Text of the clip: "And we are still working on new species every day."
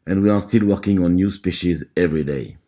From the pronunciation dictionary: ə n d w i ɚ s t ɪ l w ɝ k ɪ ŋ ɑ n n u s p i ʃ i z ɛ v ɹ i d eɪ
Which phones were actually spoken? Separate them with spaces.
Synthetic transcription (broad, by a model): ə n w i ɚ s t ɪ l w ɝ k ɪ ŋ ɑ n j u s p i ʃ i z ɛ v ɹ i d eɪ